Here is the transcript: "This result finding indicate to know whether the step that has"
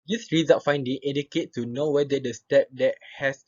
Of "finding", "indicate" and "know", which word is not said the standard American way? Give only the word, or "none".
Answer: indicate